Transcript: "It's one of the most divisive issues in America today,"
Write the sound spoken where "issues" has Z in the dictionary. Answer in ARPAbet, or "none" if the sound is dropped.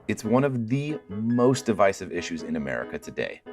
Z